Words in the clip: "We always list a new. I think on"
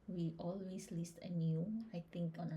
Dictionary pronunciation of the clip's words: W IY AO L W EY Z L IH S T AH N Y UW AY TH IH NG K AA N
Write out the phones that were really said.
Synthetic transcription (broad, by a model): W IY AO L W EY S L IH S T AH N Y UW AY T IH NG K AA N